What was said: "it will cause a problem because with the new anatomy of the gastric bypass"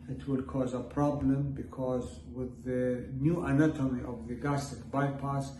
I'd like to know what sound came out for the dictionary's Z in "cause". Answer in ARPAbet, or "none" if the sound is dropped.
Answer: Z